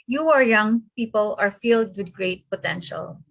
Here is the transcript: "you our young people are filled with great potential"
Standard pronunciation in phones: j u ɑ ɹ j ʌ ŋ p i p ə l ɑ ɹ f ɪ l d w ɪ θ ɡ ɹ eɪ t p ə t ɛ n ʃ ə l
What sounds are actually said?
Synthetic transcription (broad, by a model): j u ɑ ɹ j ʌ ŋ p i p ə l ɑ ɹ f ɪ l d w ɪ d ɡ ɹ eɪ t p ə t ɛ n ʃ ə l